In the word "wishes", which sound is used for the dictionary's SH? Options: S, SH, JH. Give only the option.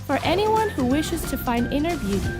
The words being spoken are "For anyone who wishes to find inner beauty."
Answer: SH